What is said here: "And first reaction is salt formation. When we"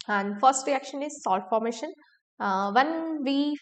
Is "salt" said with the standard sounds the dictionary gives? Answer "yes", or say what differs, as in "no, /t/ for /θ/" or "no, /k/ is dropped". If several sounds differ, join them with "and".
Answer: yes